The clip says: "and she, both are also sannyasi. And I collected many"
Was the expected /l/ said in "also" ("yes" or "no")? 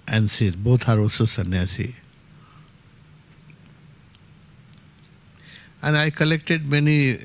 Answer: no